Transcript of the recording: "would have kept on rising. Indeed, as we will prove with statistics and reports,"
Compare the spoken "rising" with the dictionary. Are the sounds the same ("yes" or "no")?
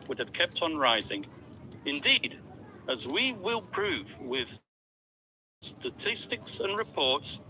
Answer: yes